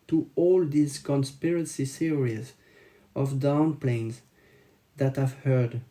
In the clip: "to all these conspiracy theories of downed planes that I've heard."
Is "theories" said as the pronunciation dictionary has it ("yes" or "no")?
no